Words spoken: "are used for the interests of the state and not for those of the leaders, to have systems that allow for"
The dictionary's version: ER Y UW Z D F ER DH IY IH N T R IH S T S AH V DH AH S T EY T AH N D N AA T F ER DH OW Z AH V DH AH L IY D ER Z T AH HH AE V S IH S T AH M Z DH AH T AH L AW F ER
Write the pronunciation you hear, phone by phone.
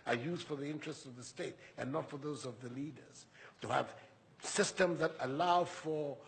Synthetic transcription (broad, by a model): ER Y UW Z D F ER DH IY IH N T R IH S T S AH V DH AH S T EY T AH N N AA T F ER DH OW Z AH V DH AH L IY D ER Z T AH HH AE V S IH S T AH M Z DH AH T AH L AW F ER